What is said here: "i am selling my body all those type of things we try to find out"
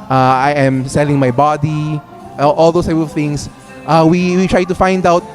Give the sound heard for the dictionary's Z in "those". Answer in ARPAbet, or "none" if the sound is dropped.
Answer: S